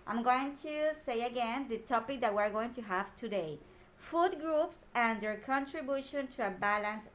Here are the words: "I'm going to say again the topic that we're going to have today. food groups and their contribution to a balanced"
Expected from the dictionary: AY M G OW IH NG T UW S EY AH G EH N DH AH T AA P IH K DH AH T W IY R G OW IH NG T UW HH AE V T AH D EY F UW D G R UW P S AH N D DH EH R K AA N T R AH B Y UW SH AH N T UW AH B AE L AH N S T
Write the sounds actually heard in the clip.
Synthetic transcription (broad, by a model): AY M G OW IH NG T UW S EY AH G EH N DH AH T AA P IH K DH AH T W IY R G OW IH NG T UW HH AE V T AH D EY F UW D G R UW P S AH N D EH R K AA N T R AH B Y UW SH AH N T UW AH B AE L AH N S